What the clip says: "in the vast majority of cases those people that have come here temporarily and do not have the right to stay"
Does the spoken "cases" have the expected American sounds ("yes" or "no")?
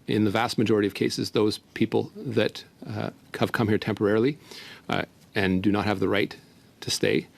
yes